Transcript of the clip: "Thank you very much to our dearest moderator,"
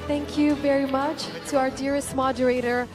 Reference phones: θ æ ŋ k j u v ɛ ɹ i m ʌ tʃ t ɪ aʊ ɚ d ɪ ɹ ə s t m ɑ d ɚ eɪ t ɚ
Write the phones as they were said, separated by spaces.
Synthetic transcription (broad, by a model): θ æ ŋ k j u v ɛ ɹ i m ʌ tʃ t ɪ aʊ ɚ d ɪ ɹ ə s t m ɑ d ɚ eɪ t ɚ